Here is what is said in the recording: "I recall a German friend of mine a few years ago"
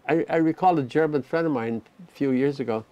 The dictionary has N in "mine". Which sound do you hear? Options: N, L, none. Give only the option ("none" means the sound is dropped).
N